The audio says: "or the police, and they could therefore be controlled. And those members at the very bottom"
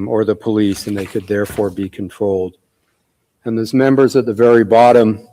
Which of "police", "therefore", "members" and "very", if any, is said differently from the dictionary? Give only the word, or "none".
none